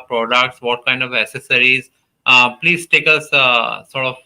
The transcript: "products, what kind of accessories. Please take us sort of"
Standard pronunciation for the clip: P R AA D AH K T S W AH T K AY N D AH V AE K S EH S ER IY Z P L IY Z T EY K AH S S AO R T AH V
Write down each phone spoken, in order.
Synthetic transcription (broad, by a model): P R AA D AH K T S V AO T K AY N D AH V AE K S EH S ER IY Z P L IY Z T EY K AH S S AO R T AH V